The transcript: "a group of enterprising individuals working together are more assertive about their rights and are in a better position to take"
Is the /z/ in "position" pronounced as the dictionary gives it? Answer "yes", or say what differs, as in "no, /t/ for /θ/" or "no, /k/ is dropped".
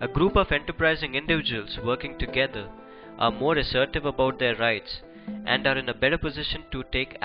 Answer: yes